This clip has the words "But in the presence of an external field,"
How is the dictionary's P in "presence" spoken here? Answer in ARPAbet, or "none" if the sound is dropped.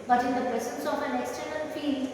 B